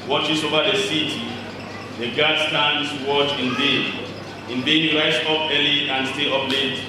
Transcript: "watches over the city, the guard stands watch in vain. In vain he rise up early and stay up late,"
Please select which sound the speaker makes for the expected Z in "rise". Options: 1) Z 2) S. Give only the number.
2